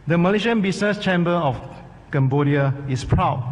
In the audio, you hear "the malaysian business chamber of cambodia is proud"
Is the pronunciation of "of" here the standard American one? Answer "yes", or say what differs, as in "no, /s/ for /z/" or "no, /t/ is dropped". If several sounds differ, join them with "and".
no, /f/ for /v/